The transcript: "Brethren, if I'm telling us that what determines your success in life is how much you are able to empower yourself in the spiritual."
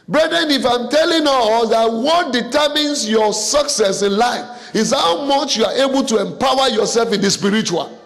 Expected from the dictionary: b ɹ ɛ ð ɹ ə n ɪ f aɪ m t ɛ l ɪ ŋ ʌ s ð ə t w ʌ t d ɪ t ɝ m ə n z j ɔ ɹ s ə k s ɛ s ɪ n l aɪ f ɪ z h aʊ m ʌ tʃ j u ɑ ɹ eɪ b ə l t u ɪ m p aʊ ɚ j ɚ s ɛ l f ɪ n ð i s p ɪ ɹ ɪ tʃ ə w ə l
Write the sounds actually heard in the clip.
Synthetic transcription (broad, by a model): b ɹ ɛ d ɹ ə n ɪ f aɪ m t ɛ l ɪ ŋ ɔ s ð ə t w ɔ t d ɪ t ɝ m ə n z j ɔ s ə k s ɛ s ɪ n l aɪ f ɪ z h aʊ m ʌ tʃ j u ɑ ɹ eɪ b ə l t u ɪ m p aʊ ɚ j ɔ s ɛ l f ɪ n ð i s p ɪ ɹ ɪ tʃ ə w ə l